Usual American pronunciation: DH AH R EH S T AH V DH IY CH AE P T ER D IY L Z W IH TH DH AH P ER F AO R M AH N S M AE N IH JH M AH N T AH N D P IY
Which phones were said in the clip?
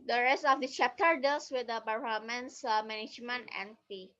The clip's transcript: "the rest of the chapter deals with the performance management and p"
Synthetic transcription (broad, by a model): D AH R EH S T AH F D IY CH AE P T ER D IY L S W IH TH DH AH B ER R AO M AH N S M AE N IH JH M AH N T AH N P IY